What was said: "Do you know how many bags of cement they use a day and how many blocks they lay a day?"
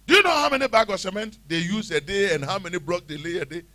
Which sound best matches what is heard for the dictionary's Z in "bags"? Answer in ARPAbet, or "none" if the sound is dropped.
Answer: none